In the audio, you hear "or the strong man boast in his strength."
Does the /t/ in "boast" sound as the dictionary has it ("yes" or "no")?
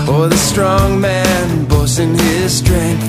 no